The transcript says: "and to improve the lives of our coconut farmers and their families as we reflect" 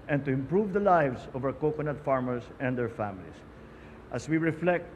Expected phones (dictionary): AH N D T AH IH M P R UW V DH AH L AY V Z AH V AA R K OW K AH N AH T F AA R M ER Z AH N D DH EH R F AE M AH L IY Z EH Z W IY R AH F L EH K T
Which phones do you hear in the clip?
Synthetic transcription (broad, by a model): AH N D T AH IH M P R UW V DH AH L AY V S AH V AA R K OW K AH N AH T F AA R M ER S AH N D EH R F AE M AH L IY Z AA S W IY R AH F L EH K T